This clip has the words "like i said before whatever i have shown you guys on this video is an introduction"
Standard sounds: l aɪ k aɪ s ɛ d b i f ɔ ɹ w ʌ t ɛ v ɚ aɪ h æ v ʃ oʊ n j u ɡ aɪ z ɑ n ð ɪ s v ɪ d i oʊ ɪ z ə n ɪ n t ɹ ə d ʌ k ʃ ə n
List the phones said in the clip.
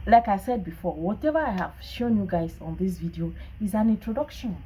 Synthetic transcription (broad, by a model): l aɪ k aɪ s ɛ d b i f ɔ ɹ w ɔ t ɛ v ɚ aɪ h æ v ʃ oʊ n j u ɡ aɪ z ɑ n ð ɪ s v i d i oʊ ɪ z ə n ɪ n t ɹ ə d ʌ k ʃ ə n